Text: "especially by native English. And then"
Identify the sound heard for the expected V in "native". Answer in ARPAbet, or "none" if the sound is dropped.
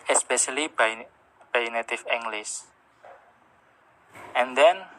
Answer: F